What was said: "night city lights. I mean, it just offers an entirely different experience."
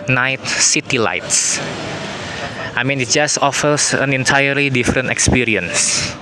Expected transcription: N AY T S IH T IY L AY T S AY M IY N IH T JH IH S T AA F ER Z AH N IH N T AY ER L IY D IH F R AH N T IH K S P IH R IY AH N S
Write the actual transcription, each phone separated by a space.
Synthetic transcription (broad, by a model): N AY T S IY T IY L AY T S AY M IY N IH T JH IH S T AA F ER S AH N IH N T AY ER L IY D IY F R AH N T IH K S P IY R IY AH N S